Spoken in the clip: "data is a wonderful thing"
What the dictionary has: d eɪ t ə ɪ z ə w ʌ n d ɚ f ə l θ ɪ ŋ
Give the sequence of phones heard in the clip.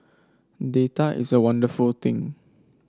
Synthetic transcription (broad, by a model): d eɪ t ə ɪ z ə w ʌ n d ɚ f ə l t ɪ ŋ